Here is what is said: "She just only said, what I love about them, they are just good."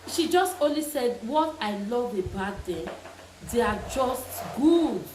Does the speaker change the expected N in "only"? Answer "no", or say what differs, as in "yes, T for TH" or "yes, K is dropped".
no